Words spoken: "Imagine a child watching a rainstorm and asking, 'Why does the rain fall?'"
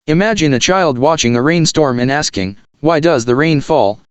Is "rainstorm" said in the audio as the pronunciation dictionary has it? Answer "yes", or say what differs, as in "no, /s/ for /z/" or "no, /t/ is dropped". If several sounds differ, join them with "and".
yes